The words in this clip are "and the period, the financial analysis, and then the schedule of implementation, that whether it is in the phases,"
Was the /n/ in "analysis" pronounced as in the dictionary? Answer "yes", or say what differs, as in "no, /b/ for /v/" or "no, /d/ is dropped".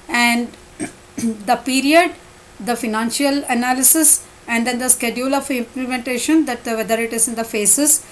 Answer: yes